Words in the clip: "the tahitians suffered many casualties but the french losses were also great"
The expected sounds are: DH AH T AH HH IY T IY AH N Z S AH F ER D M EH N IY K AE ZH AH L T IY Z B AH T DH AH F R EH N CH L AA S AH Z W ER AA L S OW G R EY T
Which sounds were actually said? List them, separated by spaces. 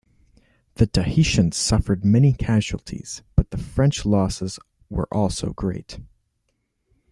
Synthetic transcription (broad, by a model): DH AH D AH HH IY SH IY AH N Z S AH F ER D M EH N IY K AE ZH AH L T IY Z B AH T DH AH F R EH N CH L AA S AH Z W ER AA L S OW G R EY T